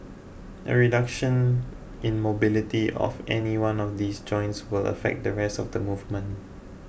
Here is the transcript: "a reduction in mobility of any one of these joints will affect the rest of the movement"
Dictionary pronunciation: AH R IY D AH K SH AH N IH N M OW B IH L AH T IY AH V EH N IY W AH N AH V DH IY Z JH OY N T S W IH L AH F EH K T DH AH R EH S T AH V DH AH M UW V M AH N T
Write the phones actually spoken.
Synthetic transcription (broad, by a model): AH R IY D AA K SH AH N IH N M OW B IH L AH T IY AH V EH N IY W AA N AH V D IY S JH OY N T S W IH L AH F EH K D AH R EH S T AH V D AH M UW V M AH N